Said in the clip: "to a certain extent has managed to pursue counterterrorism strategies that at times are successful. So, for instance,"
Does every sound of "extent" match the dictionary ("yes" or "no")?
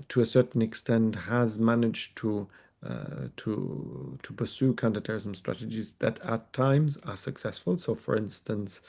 yes